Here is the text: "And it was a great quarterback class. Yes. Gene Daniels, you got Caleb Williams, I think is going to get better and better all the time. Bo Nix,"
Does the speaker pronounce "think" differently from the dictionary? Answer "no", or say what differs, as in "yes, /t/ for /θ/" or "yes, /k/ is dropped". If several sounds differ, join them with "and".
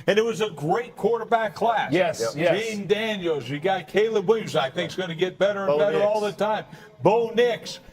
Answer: no